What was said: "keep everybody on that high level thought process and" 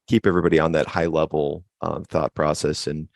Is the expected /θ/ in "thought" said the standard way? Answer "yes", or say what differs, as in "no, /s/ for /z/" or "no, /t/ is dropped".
yes